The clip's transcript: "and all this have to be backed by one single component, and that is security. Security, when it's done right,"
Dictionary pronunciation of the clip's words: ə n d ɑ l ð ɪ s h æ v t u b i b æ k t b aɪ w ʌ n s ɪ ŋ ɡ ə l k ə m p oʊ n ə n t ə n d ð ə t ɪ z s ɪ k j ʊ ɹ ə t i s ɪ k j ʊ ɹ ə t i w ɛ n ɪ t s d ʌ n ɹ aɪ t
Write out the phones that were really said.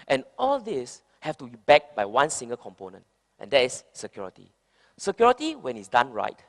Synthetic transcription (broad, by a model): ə n ɑ l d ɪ s h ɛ f t u b i b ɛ k b aɪ w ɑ n s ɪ ŋ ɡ ə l k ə m p oʊ n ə n t ə n d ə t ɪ s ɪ k j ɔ ɹ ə t i s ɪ k j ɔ ɹ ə t i w ɛ n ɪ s d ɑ n ɹ aɪ t